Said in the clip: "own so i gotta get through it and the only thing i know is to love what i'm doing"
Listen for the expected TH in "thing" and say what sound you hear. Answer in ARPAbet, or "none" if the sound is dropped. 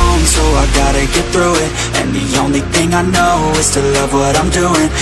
TH